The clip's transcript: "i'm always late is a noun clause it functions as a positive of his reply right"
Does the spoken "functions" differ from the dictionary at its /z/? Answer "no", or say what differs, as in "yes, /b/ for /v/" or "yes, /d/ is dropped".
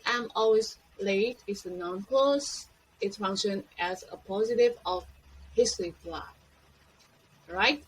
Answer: yes, /z/ is dropped